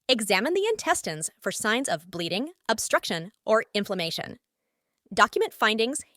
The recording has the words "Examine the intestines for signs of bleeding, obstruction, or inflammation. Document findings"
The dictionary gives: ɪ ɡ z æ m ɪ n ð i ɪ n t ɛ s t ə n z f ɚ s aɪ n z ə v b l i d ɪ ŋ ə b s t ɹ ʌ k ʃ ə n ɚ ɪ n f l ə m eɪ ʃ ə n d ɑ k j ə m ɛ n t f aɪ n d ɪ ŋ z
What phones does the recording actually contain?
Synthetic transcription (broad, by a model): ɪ ɡ z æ m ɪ n ð i ɪ n t ɛ s t ə n z f ɚ s aɪ n z ə v b l i d ɪ ŋ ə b s t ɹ ʌ k ʃ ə n ɚ ɪ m f l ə m eɪ ʃ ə n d ɑ k j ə m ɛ n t f aɪ n d ɪ ŋ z